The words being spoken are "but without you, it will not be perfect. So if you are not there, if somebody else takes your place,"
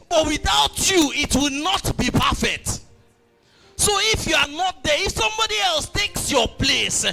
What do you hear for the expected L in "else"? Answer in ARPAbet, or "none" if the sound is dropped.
L